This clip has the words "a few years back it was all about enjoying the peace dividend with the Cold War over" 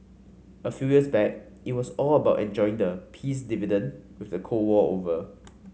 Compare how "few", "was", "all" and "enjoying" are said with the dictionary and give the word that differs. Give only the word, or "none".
was